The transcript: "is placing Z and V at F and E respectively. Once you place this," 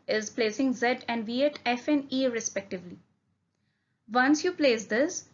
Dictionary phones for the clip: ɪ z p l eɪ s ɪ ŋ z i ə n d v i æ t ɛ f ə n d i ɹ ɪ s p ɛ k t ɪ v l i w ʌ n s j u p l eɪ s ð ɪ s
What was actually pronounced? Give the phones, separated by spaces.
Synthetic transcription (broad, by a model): ɪ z p l eɪ s ɪ ŋ z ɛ ə n d v i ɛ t ɛ f ə n d i ɹ ɪ s p ɛ k t ɪ v l i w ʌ n s j u p l eɪ s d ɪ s